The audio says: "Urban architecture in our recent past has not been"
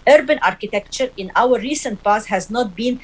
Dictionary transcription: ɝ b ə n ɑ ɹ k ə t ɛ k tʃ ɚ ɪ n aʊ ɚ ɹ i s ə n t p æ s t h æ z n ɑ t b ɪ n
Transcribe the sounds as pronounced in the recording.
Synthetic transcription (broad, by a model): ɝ b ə n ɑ ɹ k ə t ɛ k tʃ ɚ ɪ n aʊ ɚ ɹ i s ə n t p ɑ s h æ z n ɑ t b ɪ n